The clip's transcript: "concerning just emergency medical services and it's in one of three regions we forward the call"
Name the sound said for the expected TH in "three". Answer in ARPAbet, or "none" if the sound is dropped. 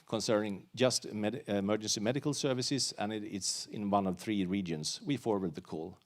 TH